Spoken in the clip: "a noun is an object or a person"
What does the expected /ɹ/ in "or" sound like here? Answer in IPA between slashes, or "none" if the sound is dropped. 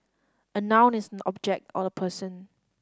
/l/